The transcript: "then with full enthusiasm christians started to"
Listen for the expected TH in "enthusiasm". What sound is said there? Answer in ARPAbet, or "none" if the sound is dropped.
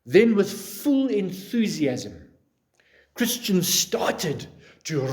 TH